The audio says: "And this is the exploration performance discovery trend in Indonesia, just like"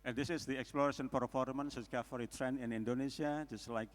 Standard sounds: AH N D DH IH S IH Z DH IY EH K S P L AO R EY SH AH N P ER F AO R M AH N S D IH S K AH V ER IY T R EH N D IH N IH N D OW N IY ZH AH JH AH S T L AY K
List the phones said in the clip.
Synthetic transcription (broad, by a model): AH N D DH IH S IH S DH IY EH K S P L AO R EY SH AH N P ER F AO R M AH N S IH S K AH F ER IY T R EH N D IH N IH N D OW N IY S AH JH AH S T L AY K